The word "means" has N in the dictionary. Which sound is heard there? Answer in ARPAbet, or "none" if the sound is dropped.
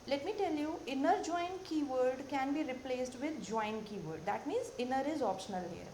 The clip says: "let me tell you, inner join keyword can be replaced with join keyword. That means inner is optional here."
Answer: N